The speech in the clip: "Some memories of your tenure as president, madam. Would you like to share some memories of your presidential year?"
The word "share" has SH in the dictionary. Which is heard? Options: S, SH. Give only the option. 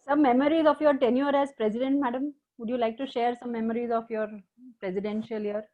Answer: SH